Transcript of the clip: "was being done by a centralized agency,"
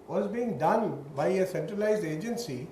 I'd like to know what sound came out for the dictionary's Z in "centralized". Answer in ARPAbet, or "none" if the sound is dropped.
Z